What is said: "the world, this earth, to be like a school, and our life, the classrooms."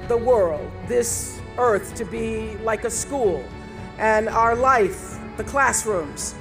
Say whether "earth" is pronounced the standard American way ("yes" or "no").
yes